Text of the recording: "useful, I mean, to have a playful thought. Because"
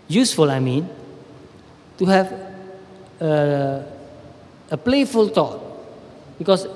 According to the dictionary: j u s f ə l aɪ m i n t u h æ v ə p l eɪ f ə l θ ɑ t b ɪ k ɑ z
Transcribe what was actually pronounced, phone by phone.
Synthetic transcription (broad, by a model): j u s f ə l aɪ m i n t u h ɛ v ə p l eɪ f ə l t ɑ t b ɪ k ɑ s